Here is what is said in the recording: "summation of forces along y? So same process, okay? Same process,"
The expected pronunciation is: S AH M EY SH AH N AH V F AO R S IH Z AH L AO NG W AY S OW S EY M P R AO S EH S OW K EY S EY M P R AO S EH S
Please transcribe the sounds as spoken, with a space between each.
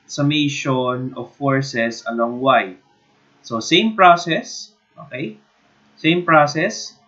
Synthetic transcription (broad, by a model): S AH M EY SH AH N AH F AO R S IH S AH L AO NG W AY S OW S EY M P R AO S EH S OW K EY S EY M P R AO S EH S